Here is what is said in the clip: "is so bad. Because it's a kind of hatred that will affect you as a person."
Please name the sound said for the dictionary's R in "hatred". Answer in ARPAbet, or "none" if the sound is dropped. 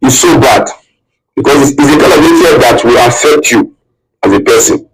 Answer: none